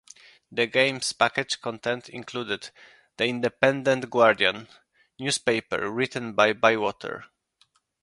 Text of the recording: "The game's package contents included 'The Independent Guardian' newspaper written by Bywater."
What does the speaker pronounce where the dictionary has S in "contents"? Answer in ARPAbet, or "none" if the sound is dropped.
none